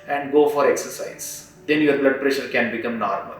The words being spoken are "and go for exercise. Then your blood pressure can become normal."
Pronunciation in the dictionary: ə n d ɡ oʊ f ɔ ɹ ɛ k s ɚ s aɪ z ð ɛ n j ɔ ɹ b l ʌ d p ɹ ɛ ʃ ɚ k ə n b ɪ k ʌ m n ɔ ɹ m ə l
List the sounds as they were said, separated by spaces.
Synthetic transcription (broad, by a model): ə n d ɡ oʊ f ɔ ɹ ɛ k s ɚ s aɪ z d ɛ n j ɔ ɹ b l ʌ d p ɹ ɛ ʃ ɚ k ə n b ɪ k ʌ m n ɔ ɹ m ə l